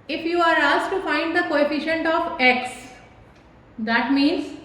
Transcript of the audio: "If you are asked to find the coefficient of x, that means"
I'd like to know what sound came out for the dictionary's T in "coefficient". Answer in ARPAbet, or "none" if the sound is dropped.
T